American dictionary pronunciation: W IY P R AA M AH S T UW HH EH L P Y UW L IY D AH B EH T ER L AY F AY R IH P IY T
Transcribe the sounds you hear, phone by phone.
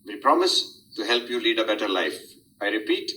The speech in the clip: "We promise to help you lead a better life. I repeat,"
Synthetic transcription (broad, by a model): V IY P R AA M AH S T UW HH EH L P Y UW L IY D AH B EH T ER L AY F AY R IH P IY T